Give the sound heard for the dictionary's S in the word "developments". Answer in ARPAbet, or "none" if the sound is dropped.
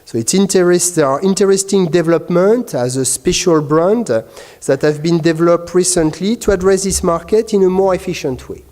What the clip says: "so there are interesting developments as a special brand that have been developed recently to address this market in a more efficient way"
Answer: none